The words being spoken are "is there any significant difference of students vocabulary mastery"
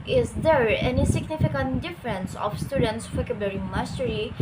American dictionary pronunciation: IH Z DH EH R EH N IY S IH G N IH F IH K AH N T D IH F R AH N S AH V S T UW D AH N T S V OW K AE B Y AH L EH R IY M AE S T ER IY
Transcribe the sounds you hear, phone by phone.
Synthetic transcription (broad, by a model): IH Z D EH R EH N IY S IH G N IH F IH K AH N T D IH F R AH N S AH F S T UW D AH N T S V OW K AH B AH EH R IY M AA S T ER IY